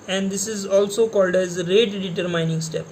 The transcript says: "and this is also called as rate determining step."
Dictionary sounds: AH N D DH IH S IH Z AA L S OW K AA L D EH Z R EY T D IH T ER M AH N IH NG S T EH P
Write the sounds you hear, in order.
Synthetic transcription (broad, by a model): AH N D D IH S IH Z AA L S OW K AA L D EH Z R EY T D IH T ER M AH N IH NG S T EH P